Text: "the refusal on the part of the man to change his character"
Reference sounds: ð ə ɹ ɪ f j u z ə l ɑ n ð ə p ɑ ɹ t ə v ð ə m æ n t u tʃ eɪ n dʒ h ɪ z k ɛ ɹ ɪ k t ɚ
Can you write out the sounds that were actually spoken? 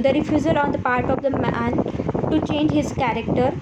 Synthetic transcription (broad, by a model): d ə ɹ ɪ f j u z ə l ɑ n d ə p ɑ ɹ t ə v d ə m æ n t u tʃ eɪ n dʒ h ɪ z k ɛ ɹ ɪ k t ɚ